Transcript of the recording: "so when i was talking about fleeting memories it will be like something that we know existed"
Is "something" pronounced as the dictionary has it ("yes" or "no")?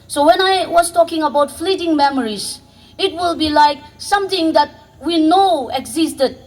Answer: no